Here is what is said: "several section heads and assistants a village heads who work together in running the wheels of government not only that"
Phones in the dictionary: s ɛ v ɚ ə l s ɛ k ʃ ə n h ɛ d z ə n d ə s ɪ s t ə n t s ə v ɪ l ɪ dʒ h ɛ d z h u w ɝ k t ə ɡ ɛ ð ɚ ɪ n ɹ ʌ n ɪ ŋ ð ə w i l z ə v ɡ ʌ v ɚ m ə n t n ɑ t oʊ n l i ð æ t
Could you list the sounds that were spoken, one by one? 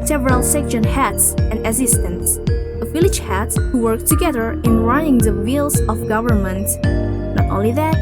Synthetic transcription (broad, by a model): s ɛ v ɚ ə l s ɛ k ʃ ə n h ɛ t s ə n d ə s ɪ s t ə n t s ə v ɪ l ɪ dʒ h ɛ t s h u w ɝ k t ə ɡ ɛ ð ɚ ɪ n ɹ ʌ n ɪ ŋ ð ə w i l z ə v ɡ ʌ v ɚ m ə n t n ɑ t oʊ n l i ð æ t